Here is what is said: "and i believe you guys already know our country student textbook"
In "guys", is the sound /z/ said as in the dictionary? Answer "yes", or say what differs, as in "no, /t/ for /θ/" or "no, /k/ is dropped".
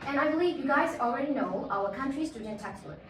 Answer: yes